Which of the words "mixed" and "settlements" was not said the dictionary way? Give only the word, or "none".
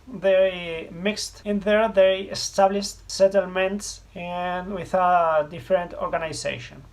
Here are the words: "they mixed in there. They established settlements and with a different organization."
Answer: none